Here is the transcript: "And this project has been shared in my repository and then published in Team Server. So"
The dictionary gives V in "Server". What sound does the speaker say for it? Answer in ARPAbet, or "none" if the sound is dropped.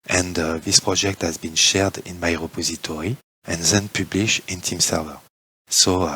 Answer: V